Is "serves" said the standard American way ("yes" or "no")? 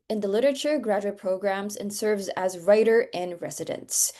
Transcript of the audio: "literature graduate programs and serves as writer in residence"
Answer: yes